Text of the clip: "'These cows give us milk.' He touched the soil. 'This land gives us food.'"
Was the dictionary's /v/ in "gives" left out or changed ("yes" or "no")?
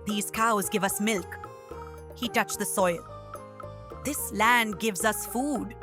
no